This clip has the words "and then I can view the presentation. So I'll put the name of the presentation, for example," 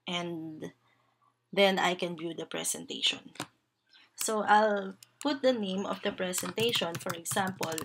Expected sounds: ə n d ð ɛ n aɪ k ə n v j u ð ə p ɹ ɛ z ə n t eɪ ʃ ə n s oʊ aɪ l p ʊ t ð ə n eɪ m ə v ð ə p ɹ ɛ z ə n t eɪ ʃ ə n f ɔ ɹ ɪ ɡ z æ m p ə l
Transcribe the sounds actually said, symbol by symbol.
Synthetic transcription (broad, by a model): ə n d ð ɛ n aɪ k ə n v j u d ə p ɹ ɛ s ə n t eɪ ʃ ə n s oʊ aɪ l p ʊ t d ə n eɪ m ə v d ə p ɹ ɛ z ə n t eɪ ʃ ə n f ɔ ɹ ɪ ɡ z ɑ m p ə l